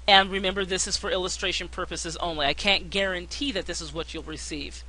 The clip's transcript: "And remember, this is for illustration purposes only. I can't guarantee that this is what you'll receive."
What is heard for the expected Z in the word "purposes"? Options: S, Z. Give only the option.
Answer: Z